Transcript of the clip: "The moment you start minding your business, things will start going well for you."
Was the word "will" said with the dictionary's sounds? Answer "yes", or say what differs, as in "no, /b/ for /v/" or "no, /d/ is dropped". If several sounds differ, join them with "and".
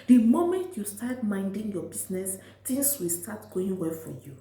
yes